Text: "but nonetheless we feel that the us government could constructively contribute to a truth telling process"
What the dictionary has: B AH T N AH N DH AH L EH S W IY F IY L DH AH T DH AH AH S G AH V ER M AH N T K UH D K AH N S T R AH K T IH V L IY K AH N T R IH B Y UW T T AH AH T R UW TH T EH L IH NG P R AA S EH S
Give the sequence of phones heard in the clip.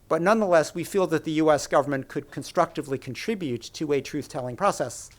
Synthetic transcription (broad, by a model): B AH T N AH N DH AH L EH S W IY F IY L DH AH T DH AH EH S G AH V ER M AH N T K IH D K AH N S T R AH K T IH V L IY K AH N T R IH B Y UW T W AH AH T R UW TH T EH L IH NG P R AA S EH S